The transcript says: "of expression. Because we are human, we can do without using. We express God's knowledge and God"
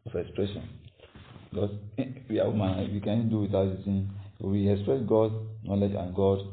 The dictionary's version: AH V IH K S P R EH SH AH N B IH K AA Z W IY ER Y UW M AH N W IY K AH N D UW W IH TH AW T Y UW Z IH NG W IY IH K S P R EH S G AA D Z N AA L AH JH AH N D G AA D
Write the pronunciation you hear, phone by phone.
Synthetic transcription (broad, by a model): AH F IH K S P R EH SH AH N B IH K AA S W IY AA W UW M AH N W IY K AH N D UW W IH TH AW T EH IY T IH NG W IY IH K S P R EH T G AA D N AA L AH JH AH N G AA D